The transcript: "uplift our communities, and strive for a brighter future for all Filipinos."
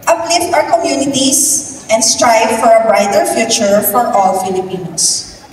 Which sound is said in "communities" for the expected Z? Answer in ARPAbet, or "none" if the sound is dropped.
S